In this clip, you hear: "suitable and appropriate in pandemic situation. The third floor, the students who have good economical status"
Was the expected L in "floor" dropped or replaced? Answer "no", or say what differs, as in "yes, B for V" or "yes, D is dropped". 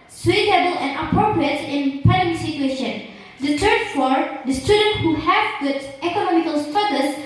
yes, L is dropped